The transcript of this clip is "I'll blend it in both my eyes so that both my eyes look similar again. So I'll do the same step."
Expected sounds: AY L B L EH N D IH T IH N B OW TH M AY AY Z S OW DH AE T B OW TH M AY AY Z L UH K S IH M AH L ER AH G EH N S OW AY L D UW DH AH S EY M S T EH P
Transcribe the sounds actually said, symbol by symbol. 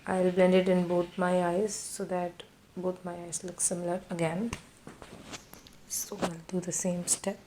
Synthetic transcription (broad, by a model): AY L B L EH N D IH T IH N B OW T M AY AY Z S OW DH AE T B OW T M AY AY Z L UH K S IH M AH L ER AH G EH N S OW AY L D UW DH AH S EY M S T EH P